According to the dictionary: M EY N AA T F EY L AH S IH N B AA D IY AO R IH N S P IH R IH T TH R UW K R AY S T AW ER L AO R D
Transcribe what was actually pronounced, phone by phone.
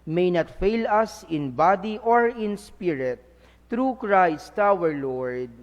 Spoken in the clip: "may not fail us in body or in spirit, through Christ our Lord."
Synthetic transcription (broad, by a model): M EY N AA T F EY L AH S IH N B AA D IY AO R IH N S P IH R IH T R UW K R AY S T AW ER L AO R D